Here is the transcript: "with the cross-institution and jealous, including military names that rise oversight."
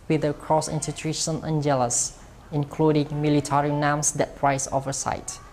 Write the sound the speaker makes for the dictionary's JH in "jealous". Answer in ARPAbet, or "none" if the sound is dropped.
JH